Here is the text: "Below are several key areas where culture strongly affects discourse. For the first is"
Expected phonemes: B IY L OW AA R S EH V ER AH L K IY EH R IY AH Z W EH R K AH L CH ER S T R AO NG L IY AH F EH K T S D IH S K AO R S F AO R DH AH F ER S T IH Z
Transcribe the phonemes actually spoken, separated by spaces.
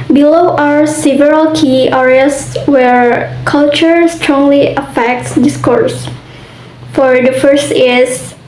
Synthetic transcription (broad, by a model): B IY L OW AA R S EH V ER AH L K IY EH R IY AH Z W EH R K AH L CH ER S T R AO NG L IY AH F EH K T S D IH S K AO R S F AO R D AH F ER S T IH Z